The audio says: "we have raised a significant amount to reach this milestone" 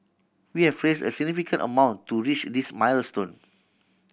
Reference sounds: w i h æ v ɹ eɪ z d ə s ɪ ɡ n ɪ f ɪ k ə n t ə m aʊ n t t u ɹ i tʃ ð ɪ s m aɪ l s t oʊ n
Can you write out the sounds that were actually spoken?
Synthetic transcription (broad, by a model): w i h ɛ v ɹ eɪ s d ə s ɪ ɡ n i f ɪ k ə n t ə m aʊ n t t u ɹ i tʃ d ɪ s m aɪ l s t oʊ n